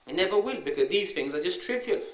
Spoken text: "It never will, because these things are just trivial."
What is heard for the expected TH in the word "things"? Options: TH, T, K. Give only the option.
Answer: TH